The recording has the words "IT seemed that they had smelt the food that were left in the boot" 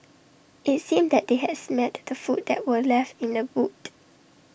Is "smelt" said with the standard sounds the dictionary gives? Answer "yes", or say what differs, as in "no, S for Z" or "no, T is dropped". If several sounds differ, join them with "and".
no, L is dropped